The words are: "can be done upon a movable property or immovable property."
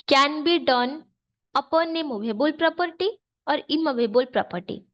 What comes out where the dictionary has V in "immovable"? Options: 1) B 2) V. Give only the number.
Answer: 1